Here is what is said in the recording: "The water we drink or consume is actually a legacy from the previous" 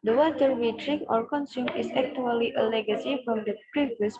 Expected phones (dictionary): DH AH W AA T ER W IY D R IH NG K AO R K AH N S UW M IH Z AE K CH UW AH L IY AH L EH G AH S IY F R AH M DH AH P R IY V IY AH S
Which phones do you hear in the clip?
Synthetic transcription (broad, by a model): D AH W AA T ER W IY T R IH K AO R K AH N S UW M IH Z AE K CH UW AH L IY AH L EH G AH S IY F R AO M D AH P R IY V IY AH S